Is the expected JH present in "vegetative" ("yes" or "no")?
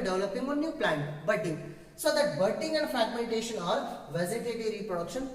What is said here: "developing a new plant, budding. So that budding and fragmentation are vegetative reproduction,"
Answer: no